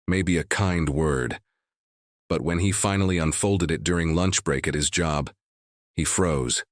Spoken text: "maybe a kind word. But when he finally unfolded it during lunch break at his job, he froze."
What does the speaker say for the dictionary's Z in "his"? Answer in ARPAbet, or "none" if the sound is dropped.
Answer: Z